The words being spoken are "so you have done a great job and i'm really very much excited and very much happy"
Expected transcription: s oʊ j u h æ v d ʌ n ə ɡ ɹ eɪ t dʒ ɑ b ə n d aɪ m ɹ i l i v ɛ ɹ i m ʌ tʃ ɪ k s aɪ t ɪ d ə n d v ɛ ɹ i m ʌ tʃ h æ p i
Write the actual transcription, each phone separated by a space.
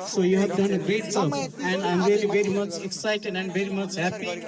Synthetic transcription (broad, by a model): s oʊ j u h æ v d ʌ n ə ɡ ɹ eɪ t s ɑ ə n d aɪ m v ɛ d i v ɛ ɹ i m ʌ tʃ ɪ k s aɪ t ɪ d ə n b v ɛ ɹ i m ʌ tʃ h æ p i